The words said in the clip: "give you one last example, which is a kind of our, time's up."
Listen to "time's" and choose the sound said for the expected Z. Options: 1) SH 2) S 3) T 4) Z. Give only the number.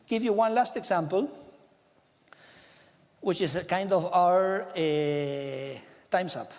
2